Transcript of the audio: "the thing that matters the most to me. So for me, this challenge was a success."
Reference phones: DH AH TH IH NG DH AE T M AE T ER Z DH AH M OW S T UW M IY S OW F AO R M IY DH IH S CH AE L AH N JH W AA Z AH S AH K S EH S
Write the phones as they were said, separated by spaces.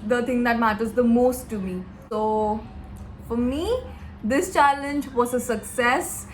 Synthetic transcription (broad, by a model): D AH T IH NG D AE T M AE T ER Z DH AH M OW S T UW M IY S OW F AO R M IY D IH S CH AE L AH N JH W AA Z AH S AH K S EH S